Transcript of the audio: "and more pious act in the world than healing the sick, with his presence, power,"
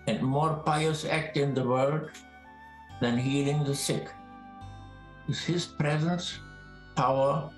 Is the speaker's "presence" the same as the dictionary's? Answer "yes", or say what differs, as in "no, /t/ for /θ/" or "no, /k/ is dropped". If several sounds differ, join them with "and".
yes